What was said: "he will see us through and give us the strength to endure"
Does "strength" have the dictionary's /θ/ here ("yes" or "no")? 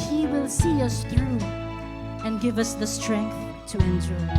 yes